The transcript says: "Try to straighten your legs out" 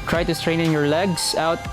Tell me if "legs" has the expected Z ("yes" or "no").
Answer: no